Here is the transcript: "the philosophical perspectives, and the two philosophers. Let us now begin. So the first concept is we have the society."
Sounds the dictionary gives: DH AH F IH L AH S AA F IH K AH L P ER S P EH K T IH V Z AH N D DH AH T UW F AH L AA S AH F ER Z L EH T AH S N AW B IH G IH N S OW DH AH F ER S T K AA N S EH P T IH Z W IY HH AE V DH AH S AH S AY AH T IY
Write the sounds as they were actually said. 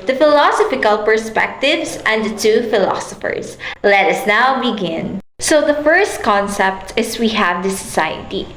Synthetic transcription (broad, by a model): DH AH F IH L AH S AA F IH K AH L P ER S P EH K T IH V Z AH N D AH T UW F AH L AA S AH F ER S L EH T AH S N AW B IH G IH N S OW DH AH F ER S T K AA N S EH P T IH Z W IY HH AE V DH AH S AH S AY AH T IY